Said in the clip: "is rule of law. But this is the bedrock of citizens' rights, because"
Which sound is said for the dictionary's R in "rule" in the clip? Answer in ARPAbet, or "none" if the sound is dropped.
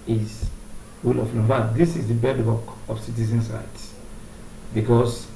W